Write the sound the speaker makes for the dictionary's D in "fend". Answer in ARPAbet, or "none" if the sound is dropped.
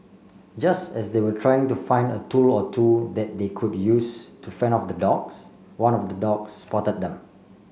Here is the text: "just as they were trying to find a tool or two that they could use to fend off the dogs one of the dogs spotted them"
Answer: none